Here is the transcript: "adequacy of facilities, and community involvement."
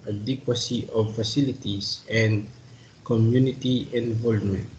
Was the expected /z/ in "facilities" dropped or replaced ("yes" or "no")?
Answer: yes